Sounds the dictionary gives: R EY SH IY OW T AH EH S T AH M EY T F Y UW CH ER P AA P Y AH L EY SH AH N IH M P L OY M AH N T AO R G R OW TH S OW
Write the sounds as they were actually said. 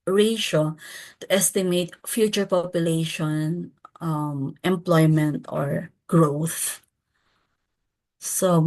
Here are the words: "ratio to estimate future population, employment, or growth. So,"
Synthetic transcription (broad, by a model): R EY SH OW T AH EH S T AH M EY T F Y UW CH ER P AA P Y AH L EY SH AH N IH M P L OY M AH N T AO R G R OW TH S OW